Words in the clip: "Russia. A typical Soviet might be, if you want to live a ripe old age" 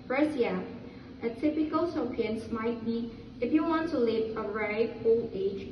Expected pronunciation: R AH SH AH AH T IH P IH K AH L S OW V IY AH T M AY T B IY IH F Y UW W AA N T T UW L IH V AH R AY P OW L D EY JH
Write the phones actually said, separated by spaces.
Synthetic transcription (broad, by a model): R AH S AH AH T IH P IH K AH L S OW P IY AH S M AY T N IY IH F Y UW W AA N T T UW L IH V AH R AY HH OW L EY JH